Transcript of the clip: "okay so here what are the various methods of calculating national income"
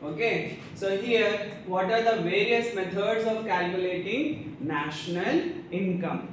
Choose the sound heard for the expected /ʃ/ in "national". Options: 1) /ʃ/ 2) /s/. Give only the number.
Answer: 1